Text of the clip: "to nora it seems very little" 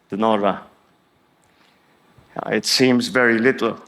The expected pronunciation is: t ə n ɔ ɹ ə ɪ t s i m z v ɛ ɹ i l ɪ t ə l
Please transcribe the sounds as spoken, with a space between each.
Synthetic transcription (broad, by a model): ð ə n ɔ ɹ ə ɪ t s i m z v ɛ ɹ i l ɪ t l